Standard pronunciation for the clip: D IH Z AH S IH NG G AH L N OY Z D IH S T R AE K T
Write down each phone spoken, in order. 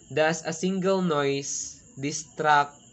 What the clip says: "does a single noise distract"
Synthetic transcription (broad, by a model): D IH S AH S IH NG G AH L N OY S D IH S T R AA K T